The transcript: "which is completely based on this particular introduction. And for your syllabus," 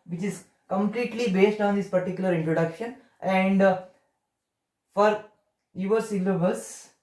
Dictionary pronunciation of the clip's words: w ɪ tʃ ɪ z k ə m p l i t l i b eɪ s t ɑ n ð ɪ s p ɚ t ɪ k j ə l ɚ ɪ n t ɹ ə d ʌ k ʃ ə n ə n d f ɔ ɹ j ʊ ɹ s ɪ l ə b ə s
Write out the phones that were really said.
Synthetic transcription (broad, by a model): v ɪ tʃ ɪ z k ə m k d i t l i b eɪ s t ɑ n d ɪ s p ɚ t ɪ k j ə l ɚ ɪ n t ɹ ə d ʌ k ʃ ə n ə n d f ɔ ɹ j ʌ ɹ s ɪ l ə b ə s